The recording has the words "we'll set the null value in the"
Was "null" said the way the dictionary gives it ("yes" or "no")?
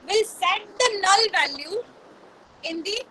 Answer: yes